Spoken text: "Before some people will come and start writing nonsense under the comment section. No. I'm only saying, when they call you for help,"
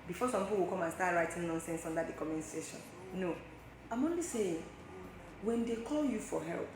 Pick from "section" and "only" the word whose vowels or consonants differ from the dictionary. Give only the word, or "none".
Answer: section